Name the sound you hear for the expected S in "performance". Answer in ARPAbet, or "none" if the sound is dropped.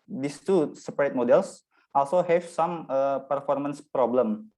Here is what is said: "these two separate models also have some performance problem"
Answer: S